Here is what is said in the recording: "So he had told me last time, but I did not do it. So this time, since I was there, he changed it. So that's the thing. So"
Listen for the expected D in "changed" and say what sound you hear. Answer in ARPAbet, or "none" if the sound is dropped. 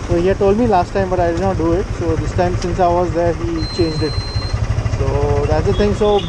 D